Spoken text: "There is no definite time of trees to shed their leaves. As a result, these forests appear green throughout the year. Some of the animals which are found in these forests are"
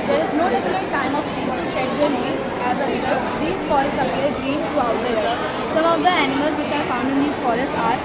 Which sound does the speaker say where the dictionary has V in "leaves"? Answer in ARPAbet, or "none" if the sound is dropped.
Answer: none